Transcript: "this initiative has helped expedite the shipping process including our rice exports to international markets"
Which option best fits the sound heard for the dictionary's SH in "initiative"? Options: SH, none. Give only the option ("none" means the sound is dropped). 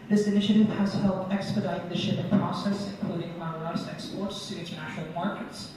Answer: SH